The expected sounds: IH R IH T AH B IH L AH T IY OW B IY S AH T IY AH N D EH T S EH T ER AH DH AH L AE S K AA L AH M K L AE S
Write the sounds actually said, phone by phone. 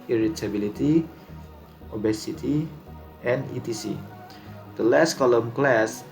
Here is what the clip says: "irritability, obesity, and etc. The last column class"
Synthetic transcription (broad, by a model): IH R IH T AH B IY L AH T IY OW B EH S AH T IY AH N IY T IY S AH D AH L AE S K AA L AH M K L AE S